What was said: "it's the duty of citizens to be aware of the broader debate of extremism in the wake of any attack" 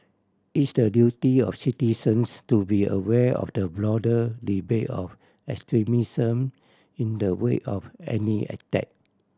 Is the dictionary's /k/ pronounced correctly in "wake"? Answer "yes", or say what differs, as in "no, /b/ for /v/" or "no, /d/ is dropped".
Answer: no, /k/ is dropped